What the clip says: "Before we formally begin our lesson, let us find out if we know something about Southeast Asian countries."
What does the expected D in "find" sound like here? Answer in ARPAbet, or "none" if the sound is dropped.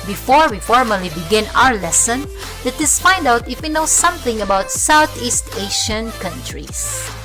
D